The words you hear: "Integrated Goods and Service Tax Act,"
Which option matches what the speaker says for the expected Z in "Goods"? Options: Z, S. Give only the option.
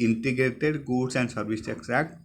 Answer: S